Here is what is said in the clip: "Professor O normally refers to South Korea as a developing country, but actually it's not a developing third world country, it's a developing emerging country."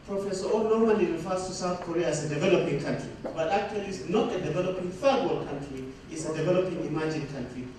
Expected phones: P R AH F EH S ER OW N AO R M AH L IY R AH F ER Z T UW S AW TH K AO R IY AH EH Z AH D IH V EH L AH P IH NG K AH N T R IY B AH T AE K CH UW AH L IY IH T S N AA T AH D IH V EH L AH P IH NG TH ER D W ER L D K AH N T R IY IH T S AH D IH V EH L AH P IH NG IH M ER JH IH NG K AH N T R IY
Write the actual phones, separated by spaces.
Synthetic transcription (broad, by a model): P R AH F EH S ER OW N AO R M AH N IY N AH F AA S T UW S AW TH K AO R IY AH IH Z AH D IH V EH L AH P IH NG K AH N T R IY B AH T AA K CH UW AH L IY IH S N AA T AH D IH V EH L AH P IH NG F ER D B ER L K AH N T R IY IH T S AH D IH V EH L AH P IH NG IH M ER JH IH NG K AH N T R IY